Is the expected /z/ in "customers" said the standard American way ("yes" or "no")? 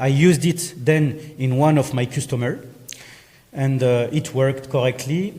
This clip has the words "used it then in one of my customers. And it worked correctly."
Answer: no